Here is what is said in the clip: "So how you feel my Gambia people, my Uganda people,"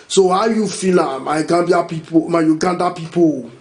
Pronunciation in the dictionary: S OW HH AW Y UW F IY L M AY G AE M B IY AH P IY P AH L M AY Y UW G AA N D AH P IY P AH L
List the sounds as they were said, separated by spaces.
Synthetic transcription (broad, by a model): S OW HH AW Y UW F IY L M AY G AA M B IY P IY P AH M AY Y UW G AA N D AH P IY P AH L